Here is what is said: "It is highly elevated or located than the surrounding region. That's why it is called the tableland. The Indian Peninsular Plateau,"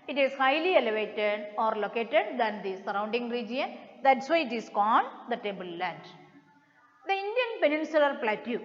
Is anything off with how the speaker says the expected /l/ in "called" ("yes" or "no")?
yes